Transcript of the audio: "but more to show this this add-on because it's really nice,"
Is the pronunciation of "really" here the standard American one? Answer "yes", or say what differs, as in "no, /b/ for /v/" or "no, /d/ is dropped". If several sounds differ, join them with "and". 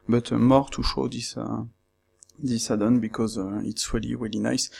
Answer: yes